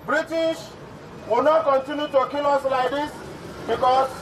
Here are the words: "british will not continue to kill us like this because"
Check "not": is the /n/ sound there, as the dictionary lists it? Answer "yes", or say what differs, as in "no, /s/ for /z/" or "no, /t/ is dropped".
yes